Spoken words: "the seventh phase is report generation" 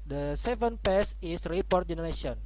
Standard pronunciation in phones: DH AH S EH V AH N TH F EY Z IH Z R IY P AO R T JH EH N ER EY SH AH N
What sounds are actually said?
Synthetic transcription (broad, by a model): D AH S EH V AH N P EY S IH S R IY P AO R T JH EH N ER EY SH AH N